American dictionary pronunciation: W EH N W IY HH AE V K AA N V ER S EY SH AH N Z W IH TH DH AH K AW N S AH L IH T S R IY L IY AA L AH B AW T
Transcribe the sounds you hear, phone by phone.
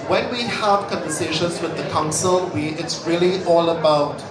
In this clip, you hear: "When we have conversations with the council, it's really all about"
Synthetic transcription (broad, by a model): W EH N W IY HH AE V K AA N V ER S EY SH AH N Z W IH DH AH K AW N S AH W IH T S R IY L IY AA L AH B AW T